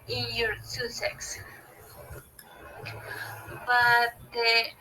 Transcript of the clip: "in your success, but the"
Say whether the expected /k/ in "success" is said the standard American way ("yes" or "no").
no